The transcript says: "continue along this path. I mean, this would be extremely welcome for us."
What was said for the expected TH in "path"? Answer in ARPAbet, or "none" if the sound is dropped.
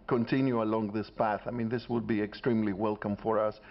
TH